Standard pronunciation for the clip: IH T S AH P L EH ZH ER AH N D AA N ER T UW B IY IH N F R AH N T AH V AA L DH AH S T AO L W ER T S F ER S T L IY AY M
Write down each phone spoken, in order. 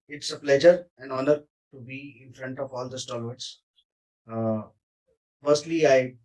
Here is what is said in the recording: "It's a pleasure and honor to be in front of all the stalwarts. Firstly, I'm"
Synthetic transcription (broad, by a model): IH T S AH P L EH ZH ER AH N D AA N ER T UW B IY IH N F R AH N T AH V AA L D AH S T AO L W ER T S F ER S T L IY AY